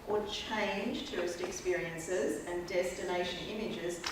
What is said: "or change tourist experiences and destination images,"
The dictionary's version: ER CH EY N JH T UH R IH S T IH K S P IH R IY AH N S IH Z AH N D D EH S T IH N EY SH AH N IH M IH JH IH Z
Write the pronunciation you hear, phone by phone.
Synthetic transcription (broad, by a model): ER CH EY N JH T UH R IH S T IH K S P IH R IY AH N S IH Z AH N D D EH S T IH N EY SH AH N IH M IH JH IH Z